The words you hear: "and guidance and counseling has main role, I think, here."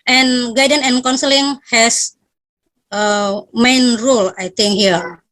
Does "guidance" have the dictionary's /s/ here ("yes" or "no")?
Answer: no